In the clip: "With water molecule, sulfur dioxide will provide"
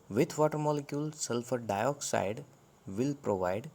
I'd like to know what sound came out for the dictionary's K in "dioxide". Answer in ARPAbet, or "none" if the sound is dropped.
K